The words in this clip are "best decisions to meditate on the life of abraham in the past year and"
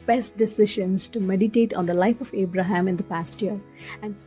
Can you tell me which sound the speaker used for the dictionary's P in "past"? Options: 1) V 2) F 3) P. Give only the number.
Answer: 3